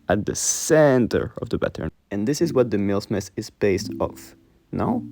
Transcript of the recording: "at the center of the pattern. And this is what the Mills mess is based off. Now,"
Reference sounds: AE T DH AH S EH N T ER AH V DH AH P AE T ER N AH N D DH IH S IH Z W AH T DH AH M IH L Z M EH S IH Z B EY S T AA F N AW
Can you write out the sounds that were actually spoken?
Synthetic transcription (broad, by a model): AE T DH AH S EH N T ER AH V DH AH B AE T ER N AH N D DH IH S IH Z W AH T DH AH M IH L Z M EH S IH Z B EY S T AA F N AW